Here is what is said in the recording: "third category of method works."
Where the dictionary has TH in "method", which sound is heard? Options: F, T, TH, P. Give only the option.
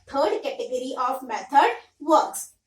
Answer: T